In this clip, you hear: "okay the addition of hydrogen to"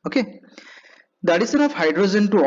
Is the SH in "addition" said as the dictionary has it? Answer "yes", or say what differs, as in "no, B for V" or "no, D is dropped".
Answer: no, S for SH